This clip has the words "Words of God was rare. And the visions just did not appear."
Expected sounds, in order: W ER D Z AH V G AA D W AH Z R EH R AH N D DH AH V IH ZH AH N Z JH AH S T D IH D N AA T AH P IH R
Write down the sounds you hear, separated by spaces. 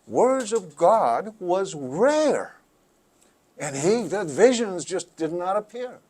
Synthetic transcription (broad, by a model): W ER D Z AH V G AA D W AH Z R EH R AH N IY DH AH V IH ZH AH N Z JH AH S D IH D N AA T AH P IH R